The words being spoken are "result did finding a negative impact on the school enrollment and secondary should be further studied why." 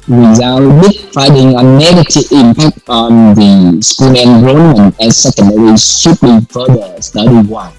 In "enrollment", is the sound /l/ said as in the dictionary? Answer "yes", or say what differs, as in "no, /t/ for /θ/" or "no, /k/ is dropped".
no, /n/ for /l/